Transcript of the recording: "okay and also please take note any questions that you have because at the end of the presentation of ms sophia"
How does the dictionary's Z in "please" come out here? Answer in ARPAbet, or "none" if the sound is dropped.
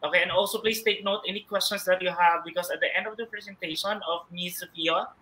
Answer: S